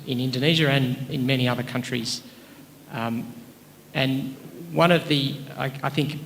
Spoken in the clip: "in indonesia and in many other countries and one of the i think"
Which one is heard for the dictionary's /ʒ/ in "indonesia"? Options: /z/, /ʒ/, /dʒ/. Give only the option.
/ʒ/